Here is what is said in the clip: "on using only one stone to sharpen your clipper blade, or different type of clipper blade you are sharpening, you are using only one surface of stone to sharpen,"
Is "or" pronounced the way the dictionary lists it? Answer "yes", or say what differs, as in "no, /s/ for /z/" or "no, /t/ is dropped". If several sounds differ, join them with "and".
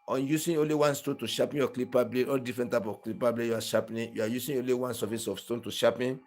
no, /l/ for /ɹ/